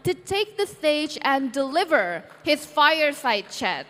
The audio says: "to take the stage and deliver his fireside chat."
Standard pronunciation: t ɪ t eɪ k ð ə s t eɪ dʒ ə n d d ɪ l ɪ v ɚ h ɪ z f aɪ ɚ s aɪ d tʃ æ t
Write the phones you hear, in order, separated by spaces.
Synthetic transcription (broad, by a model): t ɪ t eɪ k ð ə s t eɪ dʒ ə n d d ɪ l ɪ v ɚ h ɪ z f aɪ ɚ s aɪ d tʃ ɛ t